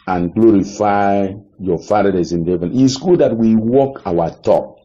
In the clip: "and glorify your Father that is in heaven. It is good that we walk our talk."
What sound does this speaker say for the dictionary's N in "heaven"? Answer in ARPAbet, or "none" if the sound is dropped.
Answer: N